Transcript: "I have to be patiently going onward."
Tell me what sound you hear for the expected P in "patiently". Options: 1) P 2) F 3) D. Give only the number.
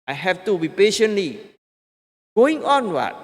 1